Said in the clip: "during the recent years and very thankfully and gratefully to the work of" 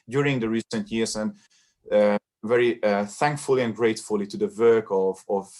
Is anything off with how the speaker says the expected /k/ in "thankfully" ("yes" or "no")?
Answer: no